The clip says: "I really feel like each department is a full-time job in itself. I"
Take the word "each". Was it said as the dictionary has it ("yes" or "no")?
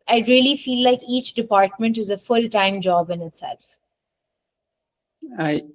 yes